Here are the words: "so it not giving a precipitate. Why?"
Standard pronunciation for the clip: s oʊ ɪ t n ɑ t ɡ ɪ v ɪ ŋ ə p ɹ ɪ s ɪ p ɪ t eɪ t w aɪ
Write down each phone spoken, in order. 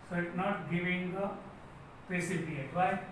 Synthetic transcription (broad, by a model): s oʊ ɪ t n ɑ t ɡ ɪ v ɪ ŋ ə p ɪ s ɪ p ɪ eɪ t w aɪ